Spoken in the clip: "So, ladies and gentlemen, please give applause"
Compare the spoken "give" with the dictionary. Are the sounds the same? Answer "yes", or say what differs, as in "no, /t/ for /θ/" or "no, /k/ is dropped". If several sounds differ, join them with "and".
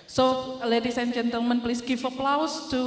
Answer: no, /f/ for /v/